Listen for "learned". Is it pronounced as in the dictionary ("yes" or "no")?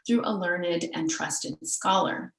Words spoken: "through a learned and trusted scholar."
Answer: yes